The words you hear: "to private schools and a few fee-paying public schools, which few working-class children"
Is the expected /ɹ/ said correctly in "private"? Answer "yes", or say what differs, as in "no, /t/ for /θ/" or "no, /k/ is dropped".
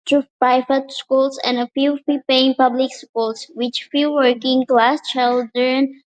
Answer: no, /ɹ/ is dropped